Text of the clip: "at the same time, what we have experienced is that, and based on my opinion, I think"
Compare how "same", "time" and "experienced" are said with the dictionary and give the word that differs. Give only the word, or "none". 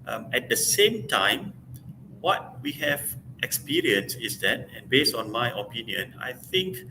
experienced